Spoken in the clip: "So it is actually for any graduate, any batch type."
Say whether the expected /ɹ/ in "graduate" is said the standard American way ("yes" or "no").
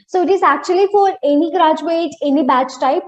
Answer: yes